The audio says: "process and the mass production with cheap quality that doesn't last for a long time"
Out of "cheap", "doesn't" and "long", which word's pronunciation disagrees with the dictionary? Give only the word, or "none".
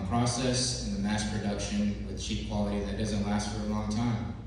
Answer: none